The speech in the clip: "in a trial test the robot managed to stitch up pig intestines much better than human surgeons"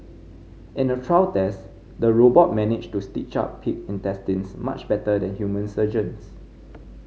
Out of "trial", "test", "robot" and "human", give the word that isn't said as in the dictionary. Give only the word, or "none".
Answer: trial